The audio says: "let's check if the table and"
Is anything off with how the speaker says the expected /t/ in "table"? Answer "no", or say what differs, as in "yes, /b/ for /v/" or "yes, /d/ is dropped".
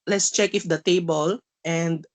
no